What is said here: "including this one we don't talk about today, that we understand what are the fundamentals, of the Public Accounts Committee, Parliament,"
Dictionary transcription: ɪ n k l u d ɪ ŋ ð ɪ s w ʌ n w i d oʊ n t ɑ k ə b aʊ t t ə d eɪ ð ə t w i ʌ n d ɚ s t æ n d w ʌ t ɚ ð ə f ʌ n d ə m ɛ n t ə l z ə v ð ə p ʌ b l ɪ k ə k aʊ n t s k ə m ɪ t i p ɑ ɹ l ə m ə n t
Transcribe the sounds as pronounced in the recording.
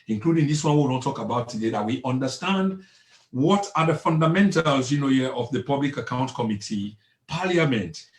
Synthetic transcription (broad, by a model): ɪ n k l u d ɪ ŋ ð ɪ s w ʌ n w i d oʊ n t ɑ k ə b aʊ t t ə d eɪ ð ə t w i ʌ n d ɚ s t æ n d w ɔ t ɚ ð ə f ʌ n d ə m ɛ n t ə l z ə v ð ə p ʌ b l ɪ k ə k aʊ n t k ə m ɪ t i p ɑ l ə m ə n t